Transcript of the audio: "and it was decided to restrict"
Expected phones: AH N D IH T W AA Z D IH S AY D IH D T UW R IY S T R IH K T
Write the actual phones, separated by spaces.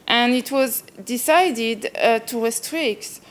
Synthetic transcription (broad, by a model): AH N IH T W AA Z D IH S AY D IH D T UW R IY S T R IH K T